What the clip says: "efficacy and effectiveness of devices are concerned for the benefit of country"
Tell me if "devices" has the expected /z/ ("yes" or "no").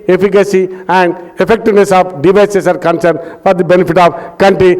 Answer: no